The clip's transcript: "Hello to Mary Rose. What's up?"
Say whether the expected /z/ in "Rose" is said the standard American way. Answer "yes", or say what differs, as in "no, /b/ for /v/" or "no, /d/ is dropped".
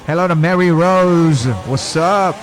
yes